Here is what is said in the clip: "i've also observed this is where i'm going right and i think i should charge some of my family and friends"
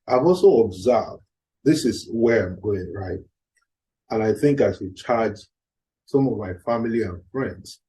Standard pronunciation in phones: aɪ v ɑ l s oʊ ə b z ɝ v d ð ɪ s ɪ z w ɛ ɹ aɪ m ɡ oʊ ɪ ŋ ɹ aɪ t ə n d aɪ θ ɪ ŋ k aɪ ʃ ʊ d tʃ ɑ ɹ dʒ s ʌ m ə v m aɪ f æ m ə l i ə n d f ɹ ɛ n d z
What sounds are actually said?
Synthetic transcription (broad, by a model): aɪ v ɑ l s oʊ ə b z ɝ v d ð ɪ s ɪ z w ɛ ɹ aɪ m ɡ oʊ ɪ ŋ ɹ aɪ t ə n aɪ θ ɪ ŋ k aɪ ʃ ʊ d tʃ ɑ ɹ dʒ s ʌ m ə v m aɪ f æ m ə l i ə n f ɹ ɛ n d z